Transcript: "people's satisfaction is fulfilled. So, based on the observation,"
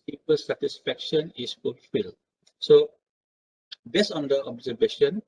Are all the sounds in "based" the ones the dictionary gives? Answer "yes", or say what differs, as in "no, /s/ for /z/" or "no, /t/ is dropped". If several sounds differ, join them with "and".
no, /t/ is dropped